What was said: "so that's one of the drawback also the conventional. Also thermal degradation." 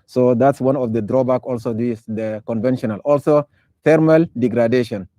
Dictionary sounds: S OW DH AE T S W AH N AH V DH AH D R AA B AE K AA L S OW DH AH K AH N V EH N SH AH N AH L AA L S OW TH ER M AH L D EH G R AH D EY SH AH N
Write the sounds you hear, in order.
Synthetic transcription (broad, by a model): S OW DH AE T S W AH N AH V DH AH D R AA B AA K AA L S OW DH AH K AH N V EH N SH AH N AH L AA L S OW F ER M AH L D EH G R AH D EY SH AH N